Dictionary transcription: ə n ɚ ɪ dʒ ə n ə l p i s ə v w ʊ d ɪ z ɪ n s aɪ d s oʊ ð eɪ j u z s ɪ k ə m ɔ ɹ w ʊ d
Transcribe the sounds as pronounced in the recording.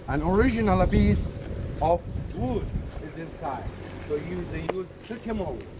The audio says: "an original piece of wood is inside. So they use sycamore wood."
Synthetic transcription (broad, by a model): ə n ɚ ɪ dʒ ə n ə l b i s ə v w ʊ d ɪ z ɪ n s aɪ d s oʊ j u j u z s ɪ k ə m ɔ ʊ